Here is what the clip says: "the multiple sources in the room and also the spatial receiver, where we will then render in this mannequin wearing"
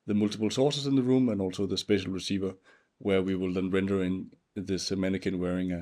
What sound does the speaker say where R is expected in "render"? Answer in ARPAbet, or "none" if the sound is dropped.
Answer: R